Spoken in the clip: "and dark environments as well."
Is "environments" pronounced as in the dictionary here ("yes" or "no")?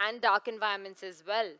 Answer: no